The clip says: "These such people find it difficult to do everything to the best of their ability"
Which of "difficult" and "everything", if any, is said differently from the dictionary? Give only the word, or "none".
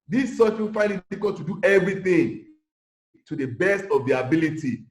difficult